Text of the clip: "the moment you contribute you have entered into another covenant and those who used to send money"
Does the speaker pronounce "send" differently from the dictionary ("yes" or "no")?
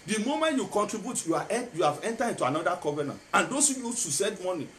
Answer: yes